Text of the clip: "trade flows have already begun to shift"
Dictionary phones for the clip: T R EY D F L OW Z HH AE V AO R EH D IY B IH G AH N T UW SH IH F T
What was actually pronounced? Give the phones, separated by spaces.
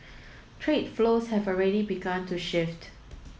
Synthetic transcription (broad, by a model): T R EY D F L OW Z HH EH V AO R EH D IY B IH G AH N T UW SH IH F T